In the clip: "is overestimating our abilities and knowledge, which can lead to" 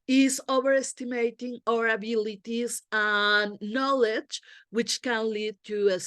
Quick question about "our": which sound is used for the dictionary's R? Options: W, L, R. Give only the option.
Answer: R